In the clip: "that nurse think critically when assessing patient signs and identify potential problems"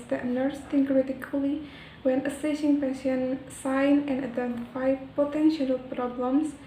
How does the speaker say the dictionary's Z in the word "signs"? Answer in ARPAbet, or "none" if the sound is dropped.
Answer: none